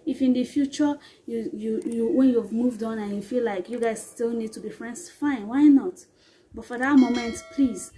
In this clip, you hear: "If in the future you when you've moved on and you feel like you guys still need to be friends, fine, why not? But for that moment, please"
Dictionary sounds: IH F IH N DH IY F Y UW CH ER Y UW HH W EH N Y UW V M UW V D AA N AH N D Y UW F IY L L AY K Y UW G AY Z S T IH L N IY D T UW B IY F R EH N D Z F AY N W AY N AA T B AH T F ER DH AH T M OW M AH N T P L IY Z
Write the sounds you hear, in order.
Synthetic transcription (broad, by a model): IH F IH N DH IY F Y UW CH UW Y UW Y W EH N Y UW V M UW V D AA N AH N Y UW F IY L L AY K Y UW G AY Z S T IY L N IY D T UW B IY F R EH N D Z F AY N W AY N AA T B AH T F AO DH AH T M OW M AH N T P L IY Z